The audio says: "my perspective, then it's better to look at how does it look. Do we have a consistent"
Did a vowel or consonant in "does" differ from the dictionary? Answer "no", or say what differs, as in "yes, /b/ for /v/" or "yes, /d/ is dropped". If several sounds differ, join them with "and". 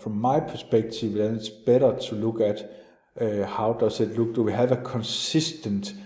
yes, /s/ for /z/